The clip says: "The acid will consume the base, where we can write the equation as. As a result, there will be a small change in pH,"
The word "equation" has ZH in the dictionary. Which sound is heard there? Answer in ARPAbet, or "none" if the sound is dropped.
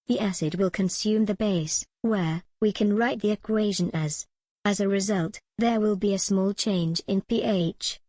ZH